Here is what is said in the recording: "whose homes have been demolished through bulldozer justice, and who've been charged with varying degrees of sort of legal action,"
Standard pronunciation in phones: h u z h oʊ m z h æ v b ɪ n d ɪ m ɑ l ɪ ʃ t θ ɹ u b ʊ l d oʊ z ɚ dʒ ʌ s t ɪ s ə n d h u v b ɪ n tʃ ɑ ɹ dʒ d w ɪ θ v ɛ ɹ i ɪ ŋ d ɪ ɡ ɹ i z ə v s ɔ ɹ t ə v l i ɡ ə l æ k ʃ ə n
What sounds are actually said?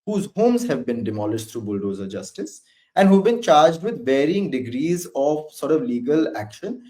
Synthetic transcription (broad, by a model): h u z h oʊ m z h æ v b ɪ n d ɪ m ɑ l ɪ ʃ t ɹ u b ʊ l d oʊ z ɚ dʒ ʌ s t ɪ s ə n d h u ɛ b ɪ n tʃ ɑ ɹ dʒ d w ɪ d v ɛ ɹ i ɪ ŋ d ɪ ɡ ɹ i z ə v s ɔ ɹ t ə v l i ɡ ə l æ k ʃ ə n